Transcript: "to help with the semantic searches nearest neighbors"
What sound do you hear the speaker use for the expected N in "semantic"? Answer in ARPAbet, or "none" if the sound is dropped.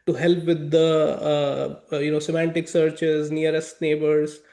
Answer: N